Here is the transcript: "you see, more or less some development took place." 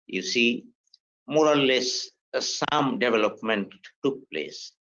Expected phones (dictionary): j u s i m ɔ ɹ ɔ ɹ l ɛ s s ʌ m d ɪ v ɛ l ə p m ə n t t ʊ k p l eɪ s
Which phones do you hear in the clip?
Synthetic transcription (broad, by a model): j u s i m ɔ ɹ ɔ l l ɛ s s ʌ m d ɪ v ɛ l ə p m ə n t t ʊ k p l eɪ s